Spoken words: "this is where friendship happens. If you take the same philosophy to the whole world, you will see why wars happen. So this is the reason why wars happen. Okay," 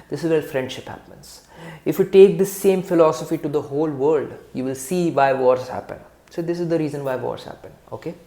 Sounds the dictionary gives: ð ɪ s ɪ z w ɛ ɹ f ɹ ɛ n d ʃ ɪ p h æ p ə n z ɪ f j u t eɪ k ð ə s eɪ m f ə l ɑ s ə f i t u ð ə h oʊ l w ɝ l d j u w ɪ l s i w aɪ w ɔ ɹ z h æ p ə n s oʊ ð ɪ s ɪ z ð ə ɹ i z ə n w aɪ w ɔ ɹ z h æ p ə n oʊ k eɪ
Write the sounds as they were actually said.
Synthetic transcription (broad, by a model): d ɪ s ɪ z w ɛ l f ɹ ɛ n d ʃ ɪ p h æ p ə n z ɪ f j u t eɪ k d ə s eɪ m f ə l ɑ s ə f i t u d ə h oʊ l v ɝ l d j u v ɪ l s i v aɪ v ɔ ɹ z h æ p ə n s oʊ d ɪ s ɪ z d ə ɹ i z ə n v aɪ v ɔ ɹ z h æ p ə n oʊ k eɪ